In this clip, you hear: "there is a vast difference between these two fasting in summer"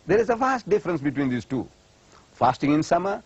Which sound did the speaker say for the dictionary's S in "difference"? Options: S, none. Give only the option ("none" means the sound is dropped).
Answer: S